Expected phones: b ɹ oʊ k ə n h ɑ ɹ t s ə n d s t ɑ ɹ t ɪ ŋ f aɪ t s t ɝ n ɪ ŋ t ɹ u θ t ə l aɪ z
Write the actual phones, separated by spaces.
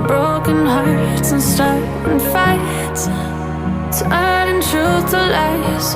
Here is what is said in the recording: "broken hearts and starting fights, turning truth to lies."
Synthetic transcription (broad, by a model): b ɹ oʊ k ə n h ɑ ɹ t s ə n s t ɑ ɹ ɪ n f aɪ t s t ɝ ɪ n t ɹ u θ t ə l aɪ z